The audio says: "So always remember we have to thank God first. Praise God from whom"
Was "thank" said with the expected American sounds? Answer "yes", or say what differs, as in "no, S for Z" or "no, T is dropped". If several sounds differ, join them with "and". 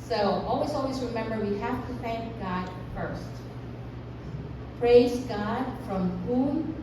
yes